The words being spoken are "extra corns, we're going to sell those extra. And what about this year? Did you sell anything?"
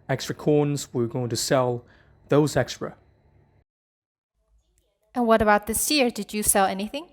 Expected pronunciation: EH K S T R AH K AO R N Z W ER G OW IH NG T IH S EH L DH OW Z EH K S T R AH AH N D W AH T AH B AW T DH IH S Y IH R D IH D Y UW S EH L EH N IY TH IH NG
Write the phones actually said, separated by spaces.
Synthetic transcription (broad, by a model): EH K S T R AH K AO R N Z W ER G OW IH NG T IH S EH L DH OW Z EH K S T R AH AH N W AH T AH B AW T DH IH S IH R D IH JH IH S EH L EH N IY TH IH NG